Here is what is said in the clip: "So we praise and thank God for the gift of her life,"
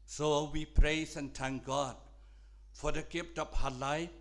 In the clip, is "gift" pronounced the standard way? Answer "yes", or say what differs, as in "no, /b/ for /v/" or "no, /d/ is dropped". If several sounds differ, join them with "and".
no, /p/ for /f/